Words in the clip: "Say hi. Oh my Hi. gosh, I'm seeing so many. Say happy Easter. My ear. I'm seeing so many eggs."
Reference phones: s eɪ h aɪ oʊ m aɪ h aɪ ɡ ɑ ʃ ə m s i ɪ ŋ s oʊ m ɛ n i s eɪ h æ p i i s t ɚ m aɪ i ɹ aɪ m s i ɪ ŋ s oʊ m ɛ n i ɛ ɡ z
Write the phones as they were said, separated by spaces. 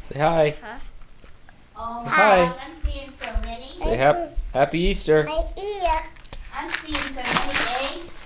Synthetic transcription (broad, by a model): s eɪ h aɪ oʊ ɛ h aɪ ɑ ə m s i ɪ ŋ s oʊ m ɛ n i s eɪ h æ p i i s t ɚ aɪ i aɪ m s i ɪ ŋ s oʊ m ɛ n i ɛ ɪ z